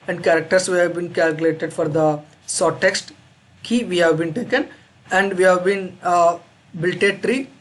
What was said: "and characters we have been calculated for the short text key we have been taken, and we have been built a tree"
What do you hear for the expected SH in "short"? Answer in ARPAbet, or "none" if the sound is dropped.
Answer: S